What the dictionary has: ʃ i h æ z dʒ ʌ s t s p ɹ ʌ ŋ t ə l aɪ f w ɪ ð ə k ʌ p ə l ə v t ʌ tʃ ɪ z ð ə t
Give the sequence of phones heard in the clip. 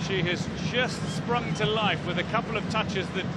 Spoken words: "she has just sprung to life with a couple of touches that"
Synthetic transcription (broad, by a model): ʃ i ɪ z dʒ ʌ s t s p ɹ ʌ ŋ t ə l aɪ f w ɪ ð ə k ʌ p l ə v t ʌ tʃ ɪ z ð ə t